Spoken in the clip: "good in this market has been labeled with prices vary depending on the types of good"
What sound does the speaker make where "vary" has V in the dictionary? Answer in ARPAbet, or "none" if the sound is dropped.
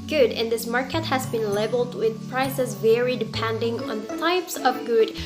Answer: V